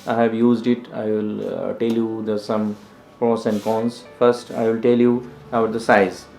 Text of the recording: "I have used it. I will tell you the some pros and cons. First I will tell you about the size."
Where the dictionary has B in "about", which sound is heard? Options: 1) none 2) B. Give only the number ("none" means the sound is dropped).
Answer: 1